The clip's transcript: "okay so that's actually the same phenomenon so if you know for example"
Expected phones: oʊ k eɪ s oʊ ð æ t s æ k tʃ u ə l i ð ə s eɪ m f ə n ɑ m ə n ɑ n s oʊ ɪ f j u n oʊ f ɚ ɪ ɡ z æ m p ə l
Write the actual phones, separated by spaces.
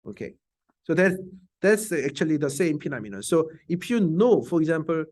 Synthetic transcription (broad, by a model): oʊ k eɪ s oʊ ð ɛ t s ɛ k tʃ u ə l i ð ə s eɪ m p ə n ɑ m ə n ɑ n s oʊ ɪ f j u n oʊ f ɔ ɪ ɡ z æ m p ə l